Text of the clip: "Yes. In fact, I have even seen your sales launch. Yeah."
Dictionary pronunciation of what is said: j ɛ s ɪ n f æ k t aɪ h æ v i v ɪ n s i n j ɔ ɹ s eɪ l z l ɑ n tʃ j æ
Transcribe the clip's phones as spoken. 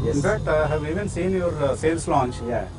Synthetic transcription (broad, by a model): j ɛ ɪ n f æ t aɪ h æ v i v ɪ n s i n j ɔ ɹ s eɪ l s l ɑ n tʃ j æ